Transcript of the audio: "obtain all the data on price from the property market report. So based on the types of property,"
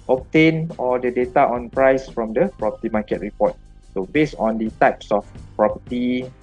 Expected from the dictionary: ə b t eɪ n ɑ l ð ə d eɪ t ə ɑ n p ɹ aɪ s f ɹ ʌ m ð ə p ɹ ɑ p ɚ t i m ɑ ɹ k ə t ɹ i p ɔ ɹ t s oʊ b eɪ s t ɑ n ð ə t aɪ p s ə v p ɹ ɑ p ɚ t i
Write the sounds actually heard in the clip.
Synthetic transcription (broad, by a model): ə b t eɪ n ɑ l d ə d eɪ t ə ɑ n p ɹ aɪ s f ɹ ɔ m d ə p ɹ ɑ p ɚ t i m ɑ k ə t ɹ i p ɔ t s oʊ b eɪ s ɑ n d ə t aɪ p s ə f p ɹ ɑ p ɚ t i